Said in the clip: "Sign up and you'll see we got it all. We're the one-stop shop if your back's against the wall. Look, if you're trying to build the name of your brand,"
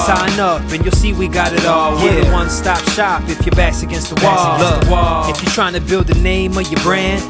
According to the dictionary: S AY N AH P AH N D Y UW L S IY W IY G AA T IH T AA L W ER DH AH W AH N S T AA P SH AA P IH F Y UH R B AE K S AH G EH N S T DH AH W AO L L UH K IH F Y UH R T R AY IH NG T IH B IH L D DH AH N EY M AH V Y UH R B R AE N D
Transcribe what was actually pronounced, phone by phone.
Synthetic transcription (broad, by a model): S AY N AH P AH N Y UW L S IY W IY G AA T IH T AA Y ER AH W AH N S T AA P SH AA P IH F Y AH R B AE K S AH G EH N S T DH AH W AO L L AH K IH F Y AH R T R AY IH NG T IH B IH L D DH AH N EY M AH V Y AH R B R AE N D